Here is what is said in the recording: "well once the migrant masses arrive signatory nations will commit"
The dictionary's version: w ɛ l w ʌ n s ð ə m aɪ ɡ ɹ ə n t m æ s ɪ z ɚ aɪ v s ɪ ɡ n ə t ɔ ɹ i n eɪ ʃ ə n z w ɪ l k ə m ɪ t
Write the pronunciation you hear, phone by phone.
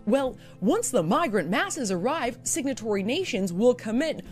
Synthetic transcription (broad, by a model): w ɛ l w ʌ n s ð ə m aɪ ɡ ɹ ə n m æ s ɪ z ɚ aɪ v s ɪ ɡ n ə t ɔ ɹ i n eɪ ʃ ə n z w ɪ l k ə m ɪ t